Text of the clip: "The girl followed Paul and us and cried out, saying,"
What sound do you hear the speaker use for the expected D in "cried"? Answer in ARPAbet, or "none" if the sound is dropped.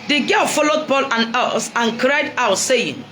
D